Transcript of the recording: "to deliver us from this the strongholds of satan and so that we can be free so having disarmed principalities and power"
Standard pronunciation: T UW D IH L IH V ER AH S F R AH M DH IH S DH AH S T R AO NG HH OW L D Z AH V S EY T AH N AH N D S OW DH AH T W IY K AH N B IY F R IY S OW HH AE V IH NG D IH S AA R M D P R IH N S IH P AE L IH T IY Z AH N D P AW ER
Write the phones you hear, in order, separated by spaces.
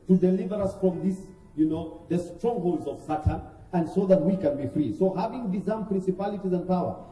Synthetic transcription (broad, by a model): T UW D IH L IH V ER AH S F R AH M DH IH S DH AH S T R AO NG HH OW L D Z AH V S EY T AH N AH N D S OW DH AH T W IY K AH N B IY F R IY S OW HH AE V IH NG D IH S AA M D P R IH N S IH P AE L IH T IY Z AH N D P AW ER